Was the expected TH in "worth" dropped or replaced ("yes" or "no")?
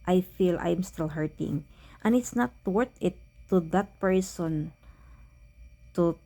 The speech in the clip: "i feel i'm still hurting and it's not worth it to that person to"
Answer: yes